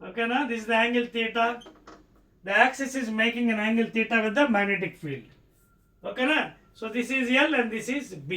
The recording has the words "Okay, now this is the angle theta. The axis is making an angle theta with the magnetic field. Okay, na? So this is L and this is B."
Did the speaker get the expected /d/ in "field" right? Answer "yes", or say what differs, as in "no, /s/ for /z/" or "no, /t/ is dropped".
yes